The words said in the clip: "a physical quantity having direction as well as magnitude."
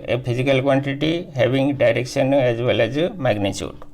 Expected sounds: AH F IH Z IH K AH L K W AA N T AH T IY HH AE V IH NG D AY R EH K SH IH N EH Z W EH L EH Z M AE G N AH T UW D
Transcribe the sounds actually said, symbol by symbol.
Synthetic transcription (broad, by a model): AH P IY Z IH K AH L K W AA N T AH T IY HH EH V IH NG D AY R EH K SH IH N EH Z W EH L EH Z M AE G N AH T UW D